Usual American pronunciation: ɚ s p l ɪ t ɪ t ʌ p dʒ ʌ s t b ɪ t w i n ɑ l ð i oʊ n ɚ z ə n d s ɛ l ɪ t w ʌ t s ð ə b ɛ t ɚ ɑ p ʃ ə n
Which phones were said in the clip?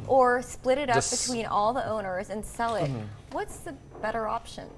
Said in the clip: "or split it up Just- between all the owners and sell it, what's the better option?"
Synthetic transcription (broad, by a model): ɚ s p l ɪ t ɪ t ʌ p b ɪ t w i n ɑ l ð i oʊ n ɚ z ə n s ɛ l ɪ t w ʌ t s ð ə b ɛ t ɚ ɑ p ʃ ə n